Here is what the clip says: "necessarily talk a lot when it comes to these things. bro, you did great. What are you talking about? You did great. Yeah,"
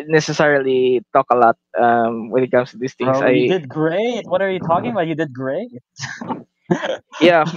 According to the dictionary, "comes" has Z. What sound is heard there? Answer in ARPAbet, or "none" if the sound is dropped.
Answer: S